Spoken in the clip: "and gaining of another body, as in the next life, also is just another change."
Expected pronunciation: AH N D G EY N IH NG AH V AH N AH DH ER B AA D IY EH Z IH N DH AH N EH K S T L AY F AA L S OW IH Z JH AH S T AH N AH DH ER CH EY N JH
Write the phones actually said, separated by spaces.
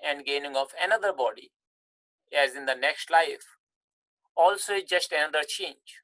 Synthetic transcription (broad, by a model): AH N D G EY N IH NG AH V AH N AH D ER B AA D IY EH Z IH N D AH N EH K S T L AY F AA L S OW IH JH AH S T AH N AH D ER CH EY N JH